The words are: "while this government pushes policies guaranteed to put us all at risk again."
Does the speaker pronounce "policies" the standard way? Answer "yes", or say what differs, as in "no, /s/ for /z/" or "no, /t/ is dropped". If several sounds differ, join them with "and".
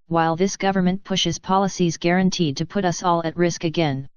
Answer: yes